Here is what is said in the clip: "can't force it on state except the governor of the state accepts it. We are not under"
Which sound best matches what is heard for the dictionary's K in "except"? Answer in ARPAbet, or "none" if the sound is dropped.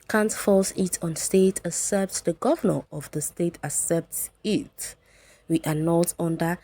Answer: none